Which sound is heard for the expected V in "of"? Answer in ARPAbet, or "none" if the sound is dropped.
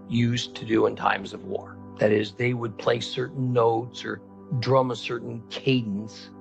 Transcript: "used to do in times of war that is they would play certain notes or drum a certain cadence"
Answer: V